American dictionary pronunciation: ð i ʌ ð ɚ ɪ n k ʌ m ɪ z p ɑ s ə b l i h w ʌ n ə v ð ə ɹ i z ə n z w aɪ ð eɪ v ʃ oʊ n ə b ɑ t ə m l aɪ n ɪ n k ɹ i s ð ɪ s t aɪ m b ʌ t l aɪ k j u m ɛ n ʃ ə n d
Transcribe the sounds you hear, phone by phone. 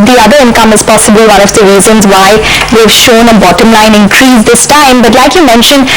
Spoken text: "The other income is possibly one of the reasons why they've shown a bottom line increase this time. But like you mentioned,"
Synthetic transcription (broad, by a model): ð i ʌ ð ɚ ɪ n k ʌ m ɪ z p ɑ s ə b i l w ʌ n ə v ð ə ɹ i z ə n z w aɪ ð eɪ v ʃ oʊ n ə b ɑ t ə m l aɪ n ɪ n k ɹ i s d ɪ s t aɪ m b ʌ t l aɪ k j u m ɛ n ʃ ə n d